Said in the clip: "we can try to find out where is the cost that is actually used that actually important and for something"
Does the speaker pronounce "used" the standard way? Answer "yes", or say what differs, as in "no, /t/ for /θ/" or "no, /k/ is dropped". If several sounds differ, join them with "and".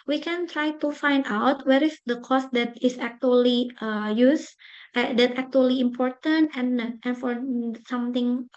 no, /s/ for /z/